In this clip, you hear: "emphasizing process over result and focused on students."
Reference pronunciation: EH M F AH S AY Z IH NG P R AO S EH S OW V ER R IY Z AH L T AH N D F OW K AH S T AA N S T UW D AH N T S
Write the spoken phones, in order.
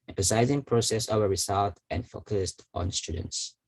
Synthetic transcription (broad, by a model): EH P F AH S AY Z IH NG P R AO S EH S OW ER R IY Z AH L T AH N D F OW K AH S T AA N S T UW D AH N T S